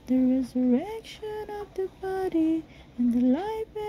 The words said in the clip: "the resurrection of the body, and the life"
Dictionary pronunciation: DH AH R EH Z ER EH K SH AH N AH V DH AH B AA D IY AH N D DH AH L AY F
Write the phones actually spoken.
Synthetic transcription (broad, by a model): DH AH R EH Z ER EH K SH AH N AH V DH AH B AA D IY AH N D DH AH L AY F